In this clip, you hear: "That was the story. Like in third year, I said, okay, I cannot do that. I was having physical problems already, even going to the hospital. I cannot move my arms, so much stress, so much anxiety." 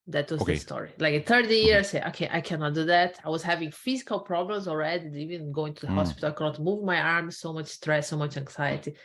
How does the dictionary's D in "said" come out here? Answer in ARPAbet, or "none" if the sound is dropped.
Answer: none